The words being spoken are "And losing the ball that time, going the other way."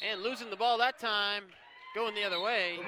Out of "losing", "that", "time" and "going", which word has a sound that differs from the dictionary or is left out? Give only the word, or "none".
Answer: none